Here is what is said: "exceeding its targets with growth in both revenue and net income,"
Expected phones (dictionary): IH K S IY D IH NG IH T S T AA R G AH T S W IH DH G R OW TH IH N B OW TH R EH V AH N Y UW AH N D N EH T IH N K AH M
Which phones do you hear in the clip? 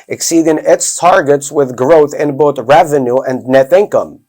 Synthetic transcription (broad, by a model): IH K S IY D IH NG IH T S T AA R G AH T S W IH DH G R OW TH IH N B OW TH R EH V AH N Y UW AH N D N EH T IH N K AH M